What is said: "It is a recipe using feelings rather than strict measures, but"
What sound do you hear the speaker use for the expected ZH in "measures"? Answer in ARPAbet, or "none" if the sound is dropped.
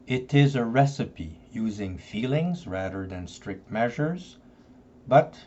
ZH